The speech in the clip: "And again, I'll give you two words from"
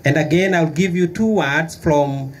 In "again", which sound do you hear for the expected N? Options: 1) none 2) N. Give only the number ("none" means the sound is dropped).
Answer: 2